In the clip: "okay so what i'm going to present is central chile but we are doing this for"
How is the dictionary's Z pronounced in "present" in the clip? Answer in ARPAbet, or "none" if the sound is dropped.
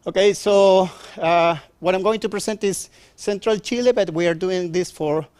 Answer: S